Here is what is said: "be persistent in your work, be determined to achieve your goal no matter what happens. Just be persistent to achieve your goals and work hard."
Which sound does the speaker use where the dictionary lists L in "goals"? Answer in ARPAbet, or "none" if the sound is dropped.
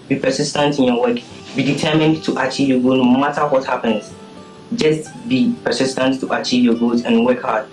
none